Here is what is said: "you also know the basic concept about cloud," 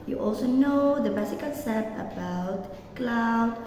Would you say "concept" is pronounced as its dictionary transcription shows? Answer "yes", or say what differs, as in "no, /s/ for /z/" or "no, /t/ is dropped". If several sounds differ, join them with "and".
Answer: no, /l/ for /n/ and /t/ is dropped